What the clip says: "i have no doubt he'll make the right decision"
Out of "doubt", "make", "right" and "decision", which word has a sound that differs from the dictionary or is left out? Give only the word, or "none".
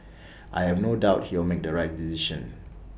decision